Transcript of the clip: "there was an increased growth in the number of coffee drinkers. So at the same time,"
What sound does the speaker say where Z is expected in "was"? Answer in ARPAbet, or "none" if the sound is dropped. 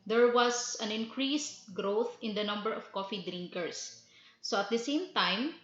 S